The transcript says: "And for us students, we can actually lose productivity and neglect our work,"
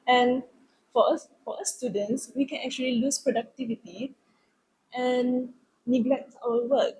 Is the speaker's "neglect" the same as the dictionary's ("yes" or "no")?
yes